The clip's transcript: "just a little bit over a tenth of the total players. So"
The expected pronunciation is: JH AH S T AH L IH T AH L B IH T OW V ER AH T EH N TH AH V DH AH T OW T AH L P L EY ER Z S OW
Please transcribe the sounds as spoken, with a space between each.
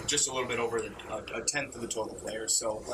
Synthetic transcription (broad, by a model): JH AH S T AH L IH T L B IH T OW V ER AH T EH N TH AH V DH AH T OW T L P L EY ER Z S OW